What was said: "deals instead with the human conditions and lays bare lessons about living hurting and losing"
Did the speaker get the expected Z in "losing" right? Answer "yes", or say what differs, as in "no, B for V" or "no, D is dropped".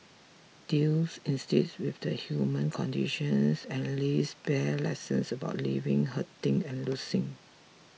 no, S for Z